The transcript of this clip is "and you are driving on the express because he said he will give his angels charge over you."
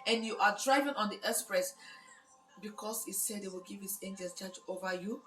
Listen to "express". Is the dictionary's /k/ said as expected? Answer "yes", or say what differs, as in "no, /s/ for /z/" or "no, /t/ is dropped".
no, /k/ is dropped